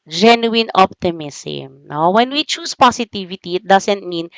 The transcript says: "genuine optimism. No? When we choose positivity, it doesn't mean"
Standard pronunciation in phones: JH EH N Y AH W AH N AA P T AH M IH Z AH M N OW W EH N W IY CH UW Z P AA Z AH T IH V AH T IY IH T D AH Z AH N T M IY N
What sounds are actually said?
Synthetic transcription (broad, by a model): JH EH N Y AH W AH N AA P T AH M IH S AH M N OW W EH N W IY CH UW S P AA S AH T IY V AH T IY IH T D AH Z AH N T M IY N